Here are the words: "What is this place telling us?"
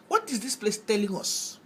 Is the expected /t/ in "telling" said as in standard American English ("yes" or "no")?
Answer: yes